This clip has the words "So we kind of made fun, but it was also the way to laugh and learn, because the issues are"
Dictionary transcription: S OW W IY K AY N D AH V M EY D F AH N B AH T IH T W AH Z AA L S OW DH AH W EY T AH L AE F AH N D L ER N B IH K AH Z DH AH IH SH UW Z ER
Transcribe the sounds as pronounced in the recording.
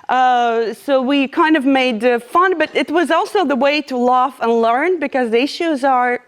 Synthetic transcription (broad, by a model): S OW W IY K AY N D AH V M EY D F AH N B AH T IH T W AH Z AA L S OW DH AH W EY T AH L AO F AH N L ER N B IH K AH Z DH AH IH SH UW Z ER